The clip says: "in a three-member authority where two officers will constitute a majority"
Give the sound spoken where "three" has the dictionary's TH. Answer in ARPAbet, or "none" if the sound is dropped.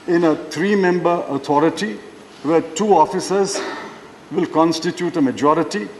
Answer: T